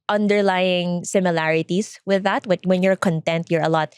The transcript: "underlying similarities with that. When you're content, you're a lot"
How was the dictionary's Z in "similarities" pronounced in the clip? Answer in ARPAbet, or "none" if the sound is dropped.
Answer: S